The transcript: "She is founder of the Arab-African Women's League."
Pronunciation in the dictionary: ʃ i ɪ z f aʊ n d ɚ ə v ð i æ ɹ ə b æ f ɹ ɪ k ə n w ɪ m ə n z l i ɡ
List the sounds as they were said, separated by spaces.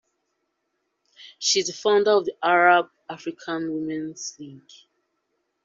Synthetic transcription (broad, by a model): ʃ i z f aʊ n d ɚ ə v ð i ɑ ɹ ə b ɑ f ɹ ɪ k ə n w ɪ m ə n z l i ɡ